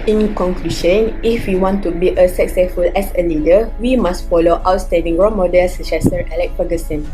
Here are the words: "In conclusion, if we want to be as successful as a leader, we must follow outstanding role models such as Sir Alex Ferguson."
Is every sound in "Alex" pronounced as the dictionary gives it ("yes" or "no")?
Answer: no